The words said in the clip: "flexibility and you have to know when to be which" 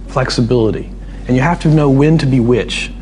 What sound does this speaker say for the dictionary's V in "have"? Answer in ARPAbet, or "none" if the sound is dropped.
F